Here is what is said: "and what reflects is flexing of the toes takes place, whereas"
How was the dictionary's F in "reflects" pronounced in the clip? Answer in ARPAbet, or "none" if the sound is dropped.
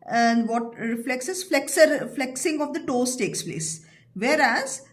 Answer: F